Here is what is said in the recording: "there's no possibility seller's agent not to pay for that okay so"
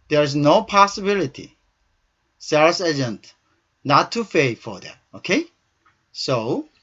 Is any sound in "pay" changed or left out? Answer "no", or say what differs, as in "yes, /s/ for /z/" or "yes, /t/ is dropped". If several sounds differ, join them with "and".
yes, /f/ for /p/